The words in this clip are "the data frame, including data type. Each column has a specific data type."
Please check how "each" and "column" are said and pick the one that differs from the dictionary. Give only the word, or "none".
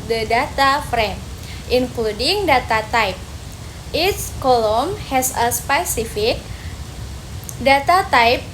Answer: each